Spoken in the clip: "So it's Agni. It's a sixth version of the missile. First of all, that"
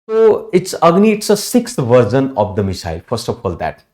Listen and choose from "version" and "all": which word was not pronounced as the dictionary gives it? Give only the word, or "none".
version